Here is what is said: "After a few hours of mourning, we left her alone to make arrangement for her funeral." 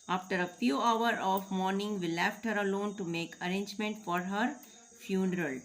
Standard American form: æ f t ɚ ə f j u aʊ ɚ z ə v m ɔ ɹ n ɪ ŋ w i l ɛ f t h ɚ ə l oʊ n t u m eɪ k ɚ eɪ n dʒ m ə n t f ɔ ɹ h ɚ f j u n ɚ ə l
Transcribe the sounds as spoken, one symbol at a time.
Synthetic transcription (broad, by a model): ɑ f t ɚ ə f j u aʊ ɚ ə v m ɔ ɹ n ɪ ŋ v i l ɛ f t h ɚ ə l oʊ n t u m eɪ k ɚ eɪ n dʒ m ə n t f ɔ ɹ h ɚ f j u n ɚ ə l